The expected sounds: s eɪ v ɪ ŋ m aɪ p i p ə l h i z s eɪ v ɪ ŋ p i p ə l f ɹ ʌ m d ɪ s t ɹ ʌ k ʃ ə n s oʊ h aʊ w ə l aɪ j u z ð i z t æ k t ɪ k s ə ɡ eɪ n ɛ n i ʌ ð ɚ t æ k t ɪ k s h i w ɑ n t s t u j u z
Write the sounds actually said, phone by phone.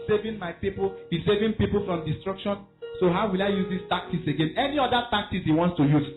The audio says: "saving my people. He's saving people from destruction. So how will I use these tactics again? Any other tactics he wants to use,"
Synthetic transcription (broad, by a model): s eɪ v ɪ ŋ m aɪ p i p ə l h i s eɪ v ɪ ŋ p i p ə l f ɹ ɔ m d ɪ s t ɹ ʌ k ʃ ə n s oʊ h aʊ w ə l aɪ j u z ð i s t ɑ k t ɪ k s ə ɡ eɪ n ɛ n i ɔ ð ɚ t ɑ k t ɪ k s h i w ɑ n t s t u j u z